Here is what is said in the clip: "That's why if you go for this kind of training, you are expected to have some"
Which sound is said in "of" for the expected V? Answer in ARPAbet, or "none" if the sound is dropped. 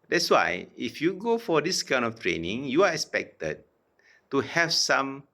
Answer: F